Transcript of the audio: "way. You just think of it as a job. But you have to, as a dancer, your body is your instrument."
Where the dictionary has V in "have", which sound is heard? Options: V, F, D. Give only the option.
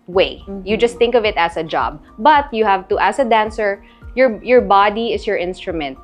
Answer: V